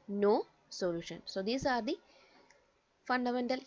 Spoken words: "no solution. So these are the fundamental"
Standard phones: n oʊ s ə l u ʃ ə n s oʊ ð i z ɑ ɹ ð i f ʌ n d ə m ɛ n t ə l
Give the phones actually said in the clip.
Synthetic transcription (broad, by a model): n oʊ s ə l u ʃ ə n s oʊ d i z ɑ ɹ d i f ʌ n d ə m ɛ n t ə l